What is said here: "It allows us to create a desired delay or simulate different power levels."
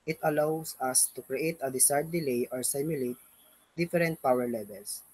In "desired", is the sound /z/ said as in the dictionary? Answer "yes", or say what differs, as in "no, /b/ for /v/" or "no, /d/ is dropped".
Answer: no, /s/ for /z/